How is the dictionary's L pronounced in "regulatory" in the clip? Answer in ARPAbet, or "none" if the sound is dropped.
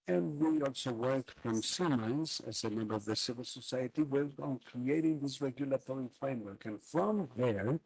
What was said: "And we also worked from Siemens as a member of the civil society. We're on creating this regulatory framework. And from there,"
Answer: L